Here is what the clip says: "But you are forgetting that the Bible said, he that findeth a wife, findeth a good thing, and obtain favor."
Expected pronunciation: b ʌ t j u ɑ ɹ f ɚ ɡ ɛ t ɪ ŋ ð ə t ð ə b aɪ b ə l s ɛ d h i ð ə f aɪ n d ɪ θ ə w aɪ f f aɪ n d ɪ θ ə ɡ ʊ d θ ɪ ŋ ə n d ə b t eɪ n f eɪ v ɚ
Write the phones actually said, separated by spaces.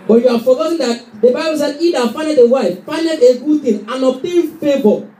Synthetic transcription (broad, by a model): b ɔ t j u ɑ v f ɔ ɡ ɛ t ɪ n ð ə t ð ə b aɪ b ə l s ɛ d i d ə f aɪ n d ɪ t ə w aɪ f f aɪ n d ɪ t ə ɡ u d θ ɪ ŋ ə n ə t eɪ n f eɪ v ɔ